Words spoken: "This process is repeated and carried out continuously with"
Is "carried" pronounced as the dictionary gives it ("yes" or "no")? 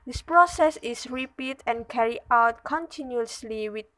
no